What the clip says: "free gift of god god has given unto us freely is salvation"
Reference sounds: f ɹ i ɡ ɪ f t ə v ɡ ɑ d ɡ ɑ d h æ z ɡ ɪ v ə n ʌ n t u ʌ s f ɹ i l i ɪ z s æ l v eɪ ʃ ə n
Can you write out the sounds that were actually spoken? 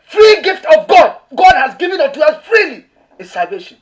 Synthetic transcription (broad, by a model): f ɹ i ɡ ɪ f t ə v ɡ ɑ d ɡ ɑ d h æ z ɡ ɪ v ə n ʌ t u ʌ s f ɹ i l i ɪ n s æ l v eɪ ʃ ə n